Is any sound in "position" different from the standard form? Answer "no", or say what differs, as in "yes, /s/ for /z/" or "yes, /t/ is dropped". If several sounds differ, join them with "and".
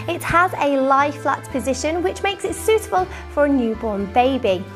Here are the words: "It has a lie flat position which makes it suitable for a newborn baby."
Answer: no